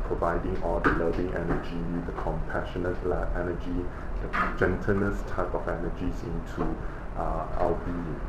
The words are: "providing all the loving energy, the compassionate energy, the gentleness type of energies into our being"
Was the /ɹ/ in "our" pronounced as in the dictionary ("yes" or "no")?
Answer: no